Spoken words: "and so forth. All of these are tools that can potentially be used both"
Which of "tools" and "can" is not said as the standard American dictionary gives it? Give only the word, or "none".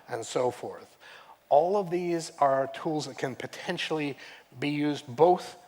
none